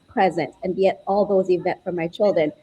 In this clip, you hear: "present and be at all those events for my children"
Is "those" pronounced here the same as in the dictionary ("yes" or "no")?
yes